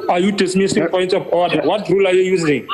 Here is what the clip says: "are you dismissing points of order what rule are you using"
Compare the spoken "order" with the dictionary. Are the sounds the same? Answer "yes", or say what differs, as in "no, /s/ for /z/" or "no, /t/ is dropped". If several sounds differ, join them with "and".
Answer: no, /w/ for /ɹ/